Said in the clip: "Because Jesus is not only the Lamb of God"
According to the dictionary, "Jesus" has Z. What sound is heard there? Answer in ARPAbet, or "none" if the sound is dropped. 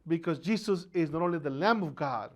S